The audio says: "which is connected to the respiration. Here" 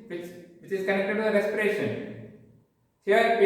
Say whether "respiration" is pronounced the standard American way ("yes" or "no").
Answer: yes